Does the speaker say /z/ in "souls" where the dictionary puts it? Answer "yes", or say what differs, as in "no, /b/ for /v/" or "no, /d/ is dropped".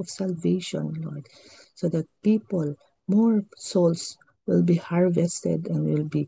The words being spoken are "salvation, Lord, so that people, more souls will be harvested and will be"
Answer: no, /s/ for /z/